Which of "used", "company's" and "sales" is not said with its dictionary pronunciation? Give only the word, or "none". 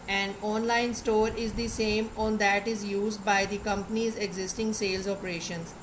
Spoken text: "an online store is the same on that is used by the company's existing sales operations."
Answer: none